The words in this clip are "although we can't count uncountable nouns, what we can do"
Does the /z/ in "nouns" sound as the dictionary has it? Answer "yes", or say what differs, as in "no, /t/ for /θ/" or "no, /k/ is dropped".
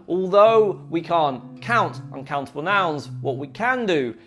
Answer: yes